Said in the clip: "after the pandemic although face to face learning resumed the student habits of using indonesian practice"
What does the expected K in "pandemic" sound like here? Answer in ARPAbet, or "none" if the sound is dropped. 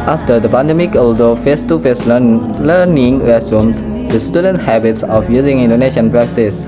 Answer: K